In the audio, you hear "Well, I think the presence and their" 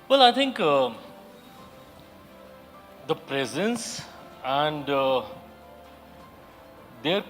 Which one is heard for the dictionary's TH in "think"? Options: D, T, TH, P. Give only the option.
T